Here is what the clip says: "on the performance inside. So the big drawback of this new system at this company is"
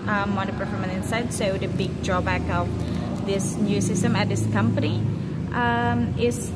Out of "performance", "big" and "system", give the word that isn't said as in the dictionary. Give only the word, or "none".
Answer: performance